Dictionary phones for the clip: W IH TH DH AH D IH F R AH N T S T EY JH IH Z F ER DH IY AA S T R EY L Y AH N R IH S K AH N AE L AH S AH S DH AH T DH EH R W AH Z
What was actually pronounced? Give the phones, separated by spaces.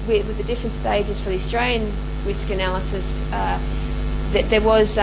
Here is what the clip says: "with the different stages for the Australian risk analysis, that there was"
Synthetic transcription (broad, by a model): W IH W DH AH D IH F R AH N T S T EY JH IH Z F ER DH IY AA S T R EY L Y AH N R IH S K AH N AE L AH S AH S DH AH T DH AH R W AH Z